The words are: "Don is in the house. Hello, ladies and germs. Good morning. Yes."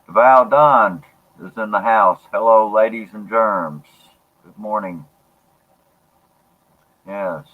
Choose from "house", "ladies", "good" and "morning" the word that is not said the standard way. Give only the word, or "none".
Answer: none